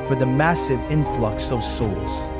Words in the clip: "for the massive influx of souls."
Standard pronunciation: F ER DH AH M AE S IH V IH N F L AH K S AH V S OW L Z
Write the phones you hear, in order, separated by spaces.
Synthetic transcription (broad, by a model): F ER DH AH M AE S IH V IH N F L AH K S AH V S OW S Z